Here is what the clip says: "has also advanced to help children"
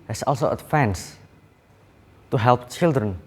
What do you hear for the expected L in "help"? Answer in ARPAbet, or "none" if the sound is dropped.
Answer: L